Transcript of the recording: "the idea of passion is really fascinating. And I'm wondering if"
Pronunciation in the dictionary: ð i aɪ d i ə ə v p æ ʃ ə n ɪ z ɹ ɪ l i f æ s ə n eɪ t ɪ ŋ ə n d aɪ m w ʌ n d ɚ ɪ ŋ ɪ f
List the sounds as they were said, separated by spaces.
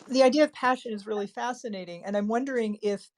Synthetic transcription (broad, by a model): ð i aɪ d i ə ə v p æ ʃ ə n ɪ z ɹ ɪ l i f æ s ə n eɪ t ɪ ŋ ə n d aɪ m w ʌ n d ɚ ɪ ŋ ɪ f